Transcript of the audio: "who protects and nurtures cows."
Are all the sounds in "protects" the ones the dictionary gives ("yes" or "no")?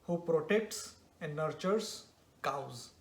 yes